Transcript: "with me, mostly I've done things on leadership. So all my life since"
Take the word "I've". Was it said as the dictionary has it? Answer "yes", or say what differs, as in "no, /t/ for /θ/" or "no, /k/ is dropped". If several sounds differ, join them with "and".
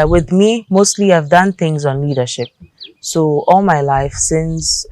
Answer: yes